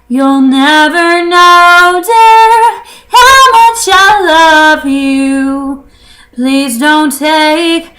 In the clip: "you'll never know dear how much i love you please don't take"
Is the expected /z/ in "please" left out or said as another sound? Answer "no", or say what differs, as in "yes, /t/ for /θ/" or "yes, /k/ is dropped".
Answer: no